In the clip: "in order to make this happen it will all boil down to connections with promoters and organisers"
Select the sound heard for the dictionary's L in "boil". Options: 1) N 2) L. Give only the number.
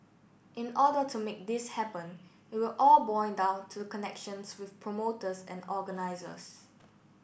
1